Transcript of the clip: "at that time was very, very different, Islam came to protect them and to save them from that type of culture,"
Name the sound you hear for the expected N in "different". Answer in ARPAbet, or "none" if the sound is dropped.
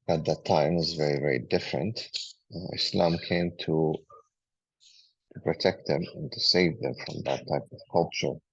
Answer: N